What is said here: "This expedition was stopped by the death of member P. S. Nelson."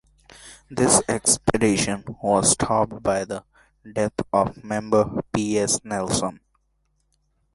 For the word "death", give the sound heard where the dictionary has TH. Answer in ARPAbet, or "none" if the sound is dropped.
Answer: T